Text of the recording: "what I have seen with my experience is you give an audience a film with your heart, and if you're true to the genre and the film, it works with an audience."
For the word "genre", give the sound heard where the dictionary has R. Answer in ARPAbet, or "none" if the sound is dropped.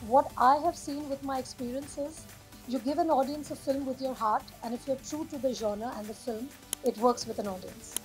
none